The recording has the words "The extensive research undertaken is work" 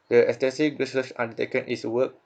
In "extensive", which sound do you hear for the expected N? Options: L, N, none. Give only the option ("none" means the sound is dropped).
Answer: none